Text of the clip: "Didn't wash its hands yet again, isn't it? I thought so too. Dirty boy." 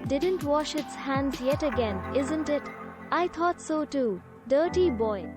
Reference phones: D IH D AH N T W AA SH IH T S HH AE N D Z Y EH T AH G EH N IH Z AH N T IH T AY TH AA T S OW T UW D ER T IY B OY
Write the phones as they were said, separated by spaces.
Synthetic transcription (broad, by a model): D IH D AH N T W AA SH IH T S HH AE N D Z Y EH T AH G EH N IH Z AH N T IH T AY T AA T S OW T UW D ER T IY B OY